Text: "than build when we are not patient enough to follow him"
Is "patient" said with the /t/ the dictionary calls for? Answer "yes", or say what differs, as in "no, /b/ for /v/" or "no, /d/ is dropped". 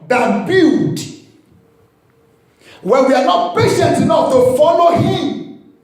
yes